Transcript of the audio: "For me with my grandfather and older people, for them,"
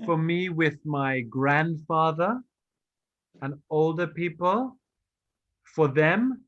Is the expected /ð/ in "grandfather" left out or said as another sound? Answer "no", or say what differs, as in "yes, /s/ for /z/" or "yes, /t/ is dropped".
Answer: no